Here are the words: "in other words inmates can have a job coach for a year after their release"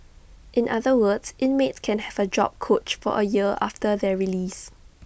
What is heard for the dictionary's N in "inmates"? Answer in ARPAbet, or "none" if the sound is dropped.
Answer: N